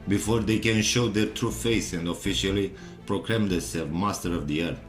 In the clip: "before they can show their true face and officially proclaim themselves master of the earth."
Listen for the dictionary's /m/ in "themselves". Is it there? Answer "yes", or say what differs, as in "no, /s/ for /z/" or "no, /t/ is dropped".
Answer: no, /m/ is dropped